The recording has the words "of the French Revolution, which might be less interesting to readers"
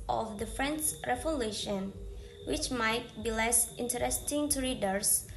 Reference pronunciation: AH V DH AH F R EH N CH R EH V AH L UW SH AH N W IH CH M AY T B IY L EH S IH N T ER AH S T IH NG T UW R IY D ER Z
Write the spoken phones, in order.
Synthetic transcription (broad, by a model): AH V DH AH F R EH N S R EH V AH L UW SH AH N W IH CH M AY T B IY L EH S IH N T ER AH S T IH NG T UW R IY D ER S